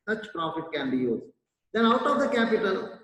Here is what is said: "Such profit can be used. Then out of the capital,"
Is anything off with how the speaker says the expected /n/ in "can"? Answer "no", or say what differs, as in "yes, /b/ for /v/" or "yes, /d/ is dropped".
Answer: no